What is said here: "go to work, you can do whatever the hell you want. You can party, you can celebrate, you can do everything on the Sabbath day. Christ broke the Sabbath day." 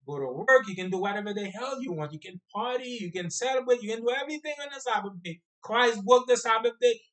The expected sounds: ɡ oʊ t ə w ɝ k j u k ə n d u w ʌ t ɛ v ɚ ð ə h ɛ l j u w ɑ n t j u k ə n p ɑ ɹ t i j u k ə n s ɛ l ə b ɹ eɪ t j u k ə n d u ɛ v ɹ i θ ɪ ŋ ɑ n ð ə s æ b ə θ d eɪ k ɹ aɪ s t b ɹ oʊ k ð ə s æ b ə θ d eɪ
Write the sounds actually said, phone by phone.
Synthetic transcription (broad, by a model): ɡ oʊ t ə w ɝ k j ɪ k ə n d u w ʌ t ɛ v ɚ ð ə h ɛ l j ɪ w ɑ n t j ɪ k ə n p ɑ ɹ t i j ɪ k ə n s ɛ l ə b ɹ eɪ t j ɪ k ə n d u ɛ v ɹ i θ ɪ ŋ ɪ n ð ə s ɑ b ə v d eɪ k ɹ aɪ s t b ʊ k ð ə s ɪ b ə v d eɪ